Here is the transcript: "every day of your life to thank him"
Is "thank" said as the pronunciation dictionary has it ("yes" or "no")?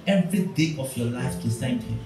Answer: no